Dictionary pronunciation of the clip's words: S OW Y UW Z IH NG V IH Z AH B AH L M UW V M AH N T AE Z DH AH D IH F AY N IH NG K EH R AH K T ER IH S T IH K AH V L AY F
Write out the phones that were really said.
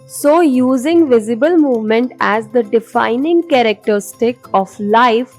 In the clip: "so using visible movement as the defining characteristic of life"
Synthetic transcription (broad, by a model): S OW Y UW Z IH NG V IH Z AH B AH L M UW V M AH N T AE Z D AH D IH F AY N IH NG K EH R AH K T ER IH S T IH K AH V L AY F